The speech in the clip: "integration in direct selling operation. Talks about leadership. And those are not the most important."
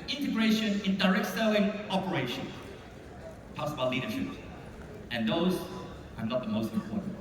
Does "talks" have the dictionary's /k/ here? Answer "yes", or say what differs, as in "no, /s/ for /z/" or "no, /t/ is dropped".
no, /k/ is dropped